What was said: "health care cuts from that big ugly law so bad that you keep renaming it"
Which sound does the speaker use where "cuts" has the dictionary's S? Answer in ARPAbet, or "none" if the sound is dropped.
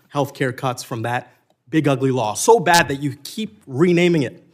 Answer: S